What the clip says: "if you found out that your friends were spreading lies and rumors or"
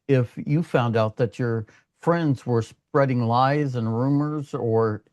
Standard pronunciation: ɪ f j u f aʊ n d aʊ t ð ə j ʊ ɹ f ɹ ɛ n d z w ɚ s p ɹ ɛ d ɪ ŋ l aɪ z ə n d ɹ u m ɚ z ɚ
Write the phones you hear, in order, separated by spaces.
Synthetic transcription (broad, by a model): ɪ f j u f aʊ n d aʊ t ð ə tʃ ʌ ɹ f ɹ ɛ n d z w ɚ s p ɹ ɛ d ɪ ŋ l aɪ z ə n ɹ u m ɚ z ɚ